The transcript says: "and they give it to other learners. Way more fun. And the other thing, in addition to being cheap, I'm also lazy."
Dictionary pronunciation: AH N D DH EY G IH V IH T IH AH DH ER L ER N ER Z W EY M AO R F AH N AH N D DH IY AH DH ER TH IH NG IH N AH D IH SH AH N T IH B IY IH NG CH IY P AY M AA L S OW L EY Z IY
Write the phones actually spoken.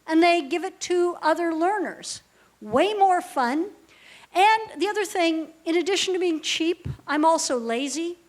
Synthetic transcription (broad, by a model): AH N DH EY G IH V IH T IH AH DH ER L ER N ER Z W EY M AO R F AH N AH N DH IY AH DH ER TH IH NG IH N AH D IH SH N T IH B IY IH NG CH IY P AY M AA L S OW L EY Z IY